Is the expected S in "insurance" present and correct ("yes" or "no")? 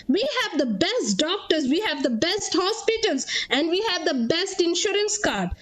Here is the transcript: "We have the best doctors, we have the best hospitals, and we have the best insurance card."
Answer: yes